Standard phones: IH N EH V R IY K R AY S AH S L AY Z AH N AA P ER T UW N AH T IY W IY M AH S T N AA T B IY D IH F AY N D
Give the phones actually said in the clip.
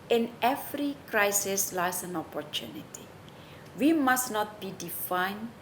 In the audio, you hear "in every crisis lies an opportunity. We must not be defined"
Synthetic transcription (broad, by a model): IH N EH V R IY K R AY S AH S L AY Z AH N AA P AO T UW N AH T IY W IY M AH S N AA T B IY D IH F AY N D